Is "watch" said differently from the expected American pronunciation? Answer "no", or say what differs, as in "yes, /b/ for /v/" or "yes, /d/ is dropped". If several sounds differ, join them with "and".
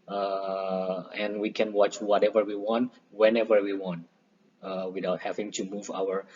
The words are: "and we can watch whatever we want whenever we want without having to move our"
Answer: no